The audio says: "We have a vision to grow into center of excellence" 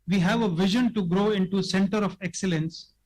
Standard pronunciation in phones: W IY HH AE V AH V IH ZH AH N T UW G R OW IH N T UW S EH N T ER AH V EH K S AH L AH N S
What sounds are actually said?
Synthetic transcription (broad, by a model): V IY HH AE V AH V IH ZH AH N T UW G R OW IH N T UW S EH N T ER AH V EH K S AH L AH N S